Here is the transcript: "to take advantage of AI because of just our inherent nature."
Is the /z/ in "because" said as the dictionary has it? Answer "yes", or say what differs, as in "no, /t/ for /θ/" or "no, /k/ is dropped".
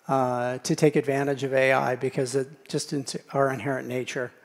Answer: yes